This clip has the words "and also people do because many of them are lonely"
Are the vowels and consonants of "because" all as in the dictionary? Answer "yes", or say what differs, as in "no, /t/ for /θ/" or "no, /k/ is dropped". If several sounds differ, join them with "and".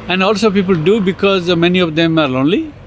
yes